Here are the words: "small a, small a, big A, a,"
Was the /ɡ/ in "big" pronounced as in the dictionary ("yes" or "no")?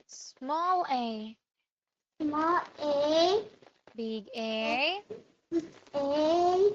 yes